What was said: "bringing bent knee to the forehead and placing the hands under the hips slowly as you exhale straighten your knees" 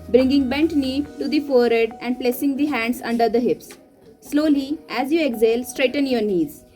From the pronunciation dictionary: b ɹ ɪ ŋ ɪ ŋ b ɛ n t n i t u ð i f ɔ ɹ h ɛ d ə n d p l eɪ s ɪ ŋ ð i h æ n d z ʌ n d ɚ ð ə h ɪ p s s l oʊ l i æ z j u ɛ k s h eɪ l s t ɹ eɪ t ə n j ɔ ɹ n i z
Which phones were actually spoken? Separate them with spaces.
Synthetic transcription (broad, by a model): b ɹ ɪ ŋ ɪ ŋ b ɛ n t n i t u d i f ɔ ɹ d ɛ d ə n d p l eɪ s ɪ ŋ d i h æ n d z ʌ n d ɚ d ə h ɪ p s s l oʊ l i æ z j u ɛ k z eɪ l s t ɹ eɪ t ə n j ɔ ɹ n i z